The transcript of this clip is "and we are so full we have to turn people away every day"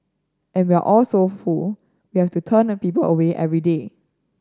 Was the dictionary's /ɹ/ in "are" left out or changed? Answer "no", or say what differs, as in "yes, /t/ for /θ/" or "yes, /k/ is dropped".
yes, /l/ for /ɹ/